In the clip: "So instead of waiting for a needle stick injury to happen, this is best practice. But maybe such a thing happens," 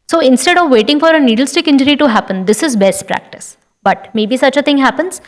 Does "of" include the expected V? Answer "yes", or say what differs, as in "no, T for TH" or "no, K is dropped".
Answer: yes